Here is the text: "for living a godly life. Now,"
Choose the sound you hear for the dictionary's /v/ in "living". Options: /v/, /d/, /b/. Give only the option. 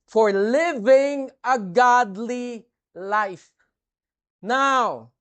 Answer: /v/